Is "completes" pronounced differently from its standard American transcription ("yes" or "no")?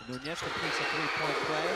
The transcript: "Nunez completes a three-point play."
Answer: yes